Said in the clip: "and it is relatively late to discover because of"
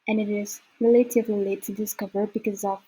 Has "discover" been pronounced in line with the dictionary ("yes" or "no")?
yes